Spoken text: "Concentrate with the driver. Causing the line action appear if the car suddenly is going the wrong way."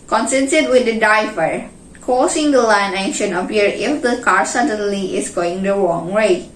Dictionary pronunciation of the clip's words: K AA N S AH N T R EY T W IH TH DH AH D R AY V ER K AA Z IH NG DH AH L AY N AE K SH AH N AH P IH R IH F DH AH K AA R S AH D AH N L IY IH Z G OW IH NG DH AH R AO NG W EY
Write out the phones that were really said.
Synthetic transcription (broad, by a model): K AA N S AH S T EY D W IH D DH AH D AY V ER K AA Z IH NG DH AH L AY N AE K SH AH N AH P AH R IH F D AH K AA R S AH D AH N L IY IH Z G OW IH NG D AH R AO NG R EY